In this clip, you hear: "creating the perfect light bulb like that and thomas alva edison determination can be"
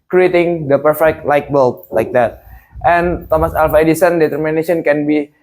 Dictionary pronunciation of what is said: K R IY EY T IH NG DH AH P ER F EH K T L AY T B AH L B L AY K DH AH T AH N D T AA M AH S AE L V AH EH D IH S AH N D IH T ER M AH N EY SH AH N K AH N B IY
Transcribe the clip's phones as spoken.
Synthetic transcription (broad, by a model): K R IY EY T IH NG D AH P ER F EH K T L AY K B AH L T L AY K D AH T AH N T AA M AH S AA L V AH EH D IH S AH N D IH T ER M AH N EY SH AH N K AH N B IY